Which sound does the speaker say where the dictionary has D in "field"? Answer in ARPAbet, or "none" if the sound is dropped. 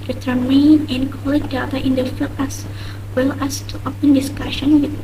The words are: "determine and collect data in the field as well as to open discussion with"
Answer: none